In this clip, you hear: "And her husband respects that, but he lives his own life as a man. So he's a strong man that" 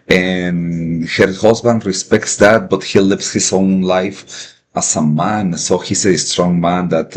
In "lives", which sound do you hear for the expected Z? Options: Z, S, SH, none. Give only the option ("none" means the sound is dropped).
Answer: S